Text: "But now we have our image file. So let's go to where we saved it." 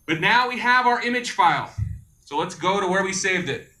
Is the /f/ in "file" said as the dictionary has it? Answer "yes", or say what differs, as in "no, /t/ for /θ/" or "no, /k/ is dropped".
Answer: yes